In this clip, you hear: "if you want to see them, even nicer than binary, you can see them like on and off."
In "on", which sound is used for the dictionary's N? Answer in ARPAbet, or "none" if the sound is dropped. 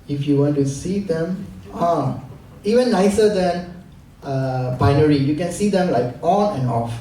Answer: L